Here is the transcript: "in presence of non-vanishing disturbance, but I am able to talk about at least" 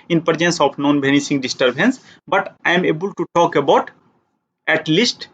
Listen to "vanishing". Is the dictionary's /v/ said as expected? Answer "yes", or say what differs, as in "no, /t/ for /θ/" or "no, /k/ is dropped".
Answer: no, /b/ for /v/